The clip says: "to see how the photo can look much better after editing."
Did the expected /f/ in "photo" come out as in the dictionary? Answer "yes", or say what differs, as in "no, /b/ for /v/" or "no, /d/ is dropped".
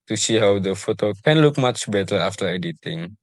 yes